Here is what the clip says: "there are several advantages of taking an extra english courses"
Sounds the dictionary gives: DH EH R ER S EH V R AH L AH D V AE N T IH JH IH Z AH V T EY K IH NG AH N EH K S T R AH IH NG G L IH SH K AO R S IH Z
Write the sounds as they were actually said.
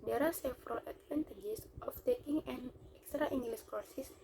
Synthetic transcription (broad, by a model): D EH R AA S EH F R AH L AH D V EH N T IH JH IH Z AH F T EY K IH NG AH N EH K S T R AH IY NG G L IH S K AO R S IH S